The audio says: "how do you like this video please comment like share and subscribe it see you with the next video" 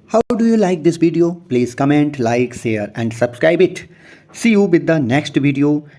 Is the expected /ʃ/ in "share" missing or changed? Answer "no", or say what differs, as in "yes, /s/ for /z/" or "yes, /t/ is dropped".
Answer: yes, /s/ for /ʃ/